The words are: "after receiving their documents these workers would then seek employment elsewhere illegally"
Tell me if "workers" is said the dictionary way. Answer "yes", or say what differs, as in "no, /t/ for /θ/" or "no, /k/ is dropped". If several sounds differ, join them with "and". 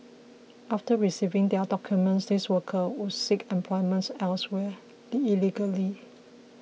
no, /z/ is dropped